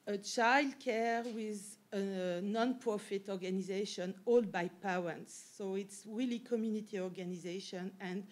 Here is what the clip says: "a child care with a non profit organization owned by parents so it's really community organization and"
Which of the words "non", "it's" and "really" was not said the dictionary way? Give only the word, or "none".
none